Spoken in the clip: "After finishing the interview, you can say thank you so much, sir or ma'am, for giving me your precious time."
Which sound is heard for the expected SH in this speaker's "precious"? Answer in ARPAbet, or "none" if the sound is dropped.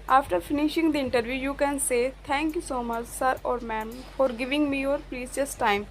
S